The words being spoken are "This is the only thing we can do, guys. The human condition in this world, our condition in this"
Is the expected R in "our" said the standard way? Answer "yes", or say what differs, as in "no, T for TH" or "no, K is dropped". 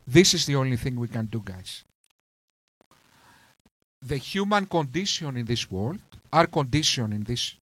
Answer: yes